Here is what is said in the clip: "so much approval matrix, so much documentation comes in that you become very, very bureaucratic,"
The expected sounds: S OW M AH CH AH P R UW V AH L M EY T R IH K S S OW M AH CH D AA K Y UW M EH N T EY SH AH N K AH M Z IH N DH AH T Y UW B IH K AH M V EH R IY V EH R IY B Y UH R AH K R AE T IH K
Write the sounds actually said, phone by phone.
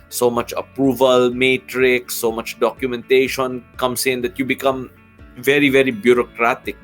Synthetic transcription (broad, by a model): S OW M AH CH AH P R UW V AH L M EY T R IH K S S OW M AH CH D AA K Y UW M EH N T EY SH AH N K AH M S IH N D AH T Y UW B IH K AH M V EH R IY V EH R IY B Y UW R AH K R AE T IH K